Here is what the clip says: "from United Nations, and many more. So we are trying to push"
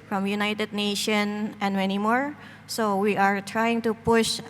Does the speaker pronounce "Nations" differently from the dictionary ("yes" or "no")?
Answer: yes